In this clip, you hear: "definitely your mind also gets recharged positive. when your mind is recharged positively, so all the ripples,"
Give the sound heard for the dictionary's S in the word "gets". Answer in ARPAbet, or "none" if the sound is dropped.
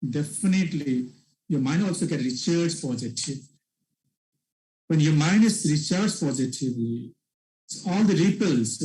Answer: none